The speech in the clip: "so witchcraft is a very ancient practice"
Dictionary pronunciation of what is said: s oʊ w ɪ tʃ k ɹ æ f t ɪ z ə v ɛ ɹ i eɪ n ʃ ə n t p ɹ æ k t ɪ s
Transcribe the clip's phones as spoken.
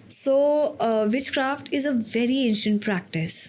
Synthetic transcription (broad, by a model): s oʊ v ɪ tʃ k ɹ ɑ f t ɪ z ə v ɛ ɹ i eɪ n ʃ ə n t p ɹ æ k t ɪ s